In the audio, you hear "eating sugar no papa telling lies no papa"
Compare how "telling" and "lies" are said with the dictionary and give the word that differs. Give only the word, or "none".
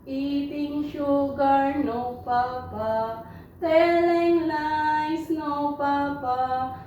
lies